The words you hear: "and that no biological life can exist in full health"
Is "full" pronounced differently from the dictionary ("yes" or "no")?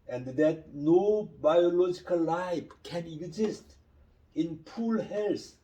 yes